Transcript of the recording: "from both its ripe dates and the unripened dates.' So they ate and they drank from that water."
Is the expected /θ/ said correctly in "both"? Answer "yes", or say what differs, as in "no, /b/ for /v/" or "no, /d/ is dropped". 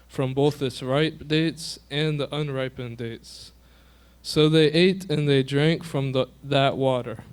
yes